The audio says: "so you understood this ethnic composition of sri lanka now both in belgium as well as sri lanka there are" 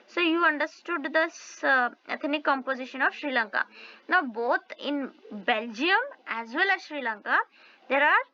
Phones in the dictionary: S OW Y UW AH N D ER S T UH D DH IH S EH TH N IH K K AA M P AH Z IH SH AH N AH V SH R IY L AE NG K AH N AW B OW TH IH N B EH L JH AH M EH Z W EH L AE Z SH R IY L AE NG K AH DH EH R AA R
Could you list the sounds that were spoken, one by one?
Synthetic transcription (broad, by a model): S OW Y UW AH N D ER S T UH D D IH S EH T N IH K K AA M P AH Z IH SH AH N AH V SH R IY L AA NG K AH N AW B OW T IH N B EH L JH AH M EH Z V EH L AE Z SH R IY L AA NG K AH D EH R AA R